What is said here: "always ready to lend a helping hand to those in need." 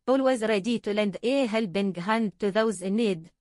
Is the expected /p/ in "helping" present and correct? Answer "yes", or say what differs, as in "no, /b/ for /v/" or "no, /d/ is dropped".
no, /b/ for /p/